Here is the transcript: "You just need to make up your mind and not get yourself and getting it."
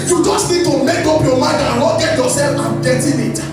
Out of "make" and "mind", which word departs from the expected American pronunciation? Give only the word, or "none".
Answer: mind